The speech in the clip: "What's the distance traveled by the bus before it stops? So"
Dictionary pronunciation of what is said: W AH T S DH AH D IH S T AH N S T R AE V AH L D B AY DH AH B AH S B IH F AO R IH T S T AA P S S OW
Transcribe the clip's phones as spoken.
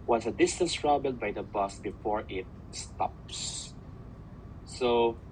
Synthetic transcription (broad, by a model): W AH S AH D IH S T AH N S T R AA B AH L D B AY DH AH B AH S B IH F AO R IH T S T AA P S S OW